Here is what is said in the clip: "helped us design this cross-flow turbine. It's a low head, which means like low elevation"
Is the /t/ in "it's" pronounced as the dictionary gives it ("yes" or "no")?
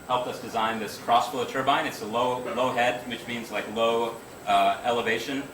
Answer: yes